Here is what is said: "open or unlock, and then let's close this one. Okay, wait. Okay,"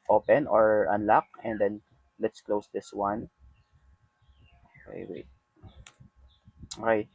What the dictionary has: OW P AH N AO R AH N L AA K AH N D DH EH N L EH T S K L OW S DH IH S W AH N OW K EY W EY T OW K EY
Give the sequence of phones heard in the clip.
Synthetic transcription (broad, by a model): OW P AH N AO R AH N L AA K AH N D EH N L EH T S K L OW S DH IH S W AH N OW K EY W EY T OW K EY